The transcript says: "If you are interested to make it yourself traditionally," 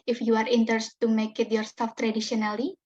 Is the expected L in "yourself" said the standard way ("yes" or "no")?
no